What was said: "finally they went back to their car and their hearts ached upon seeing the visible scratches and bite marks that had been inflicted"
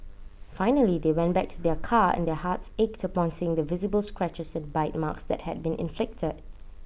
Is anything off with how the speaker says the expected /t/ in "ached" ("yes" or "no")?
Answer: no